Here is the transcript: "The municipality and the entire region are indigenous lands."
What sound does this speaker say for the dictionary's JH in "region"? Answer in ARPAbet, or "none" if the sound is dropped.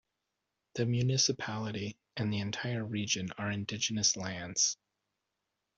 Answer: JH